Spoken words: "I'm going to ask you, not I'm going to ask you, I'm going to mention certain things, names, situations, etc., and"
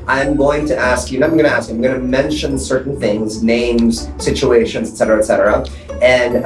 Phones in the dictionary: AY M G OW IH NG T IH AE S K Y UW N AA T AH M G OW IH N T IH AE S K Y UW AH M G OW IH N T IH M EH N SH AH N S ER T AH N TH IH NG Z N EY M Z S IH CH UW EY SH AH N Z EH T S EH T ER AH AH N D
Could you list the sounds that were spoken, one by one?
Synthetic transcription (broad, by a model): AY M G OW IH NG T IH AE S K Y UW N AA AH M G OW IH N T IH AE S K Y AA AH M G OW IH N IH M EH N SH AH N S ER T N TH IH NG Z N EY M Z S IH CH UW EY SH AH N Z EH T S EH T ER AH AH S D